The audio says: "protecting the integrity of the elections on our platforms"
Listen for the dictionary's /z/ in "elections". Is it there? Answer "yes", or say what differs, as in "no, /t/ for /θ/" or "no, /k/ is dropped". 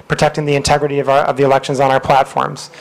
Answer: yes